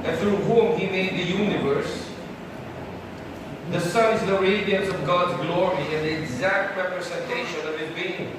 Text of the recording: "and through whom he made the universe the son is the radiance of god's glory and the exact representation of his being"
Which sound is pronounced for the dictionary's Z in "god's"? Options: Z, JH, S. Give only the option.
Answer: Z